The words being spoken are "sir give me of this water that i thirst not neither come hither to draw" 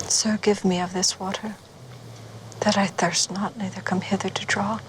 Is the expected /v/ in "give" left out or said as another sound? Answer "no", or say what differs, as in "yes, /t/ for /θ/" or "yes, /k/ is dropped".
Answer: no